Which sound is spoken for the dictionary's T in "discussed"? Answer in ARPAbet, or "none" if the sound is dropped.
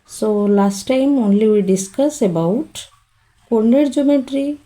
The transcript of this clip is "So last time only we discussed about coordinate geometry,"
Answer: none